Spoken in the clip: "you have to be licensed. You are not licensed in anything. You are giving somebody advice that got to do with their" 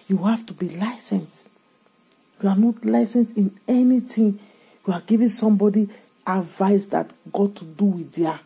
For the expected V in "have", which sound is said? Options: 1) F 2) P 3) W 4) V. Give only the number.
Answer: 1